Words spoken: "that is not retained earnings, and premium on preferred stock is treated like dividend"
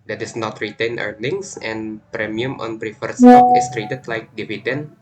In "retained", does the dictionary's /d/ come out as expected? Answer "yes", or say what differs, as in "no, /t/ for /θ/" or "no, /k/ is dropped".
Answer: no, /d/ is dropped